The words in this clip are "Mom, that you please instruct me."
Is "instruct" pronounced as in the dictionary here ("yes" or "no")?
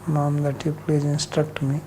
yes